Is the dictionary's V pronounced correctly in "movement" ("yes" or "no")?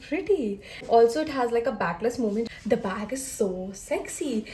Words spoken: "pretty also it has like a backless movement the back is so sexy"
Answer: no